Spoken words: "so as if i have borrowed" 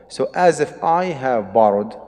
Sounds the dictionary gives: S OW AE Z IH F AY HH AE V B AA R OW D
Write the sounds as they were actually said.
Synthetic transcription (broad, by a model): S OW AE Z IH F AY HH AE V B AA R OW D